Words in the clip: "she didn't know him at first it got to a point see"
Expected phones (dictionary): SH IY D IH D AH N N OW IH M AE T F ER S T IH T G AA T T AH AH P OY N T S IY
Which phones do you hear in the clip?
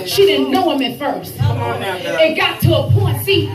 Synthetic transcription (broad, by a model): SH IY D IH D N N OW IH M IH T F ER S T IH T G AA T T AH AH P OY N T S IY